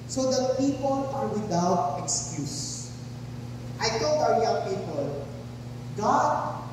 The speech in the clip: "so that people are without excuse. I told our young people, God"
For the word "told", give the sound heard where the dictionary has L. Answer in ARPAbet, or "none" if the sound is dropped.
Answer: none